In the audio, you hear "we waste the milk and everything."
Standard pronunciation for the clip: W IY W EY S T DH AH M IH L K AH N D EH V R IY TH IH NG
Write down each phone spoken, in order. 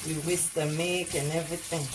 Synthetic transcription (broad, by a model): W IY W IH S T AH M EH K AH N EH V R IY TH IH NG